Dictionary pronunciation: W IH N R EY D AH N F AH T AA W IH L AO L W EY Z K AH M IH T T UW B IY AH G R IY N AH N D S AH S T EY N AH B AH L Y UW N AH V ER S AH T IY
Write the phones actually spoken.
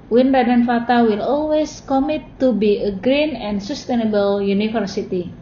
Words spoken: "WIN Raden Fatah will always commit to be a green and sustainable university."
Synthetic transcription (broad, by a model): W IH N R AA D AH N F AH T AA W IH L AO L W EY S K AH M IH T T UW B IY AH G R IY N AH N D S AH S T EY N AH B AH L Y UW N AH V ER S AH T IY